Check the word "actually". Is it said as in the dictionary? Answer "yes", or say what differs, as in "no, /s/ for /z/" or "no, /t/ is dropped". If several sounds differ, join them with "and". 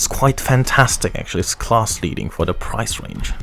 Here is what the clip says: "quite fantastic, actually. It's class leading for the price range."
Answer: no, /l/ is dropped